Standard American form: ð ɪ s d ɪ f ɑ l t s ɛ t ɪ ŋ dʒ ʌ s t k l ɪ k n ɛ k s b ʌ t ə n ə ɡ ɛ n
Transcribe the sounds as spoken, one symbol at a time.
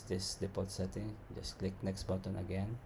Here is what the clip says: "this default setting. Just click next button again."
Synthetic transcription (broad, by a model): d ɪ s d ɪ p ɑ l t s ɛ t ɪ ŋ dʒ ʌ s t k l ɪ k n ɛ k s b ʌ t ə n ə ɡ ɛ n